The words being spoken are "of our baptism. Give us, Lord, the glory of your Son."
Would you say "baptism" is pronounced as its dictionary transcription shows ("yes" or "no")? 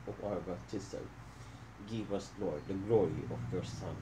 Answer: no